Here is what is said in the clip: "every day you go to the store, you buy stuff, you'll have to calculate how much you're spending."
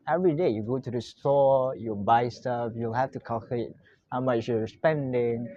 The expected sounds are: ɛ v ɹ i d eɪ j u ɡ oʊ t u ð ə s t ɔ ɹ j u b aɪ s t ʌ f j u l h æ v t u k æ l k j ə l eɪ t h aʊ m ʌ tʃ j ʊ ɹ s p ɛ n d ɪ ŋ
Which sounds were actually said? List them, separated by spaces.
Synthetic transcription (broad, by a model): ɛ v ɹ i d eɪ j u ɡ oʊ t u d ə s t ɔ j u b aɪ s t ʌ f j u l h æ f t u k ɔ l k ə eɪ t h aʊ m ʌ tʃ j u s p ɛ n d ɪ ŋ